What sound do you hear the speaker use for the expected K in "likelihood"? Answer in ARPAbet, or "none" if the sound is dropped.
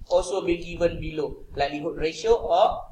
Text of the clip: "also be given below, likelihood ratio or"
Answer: none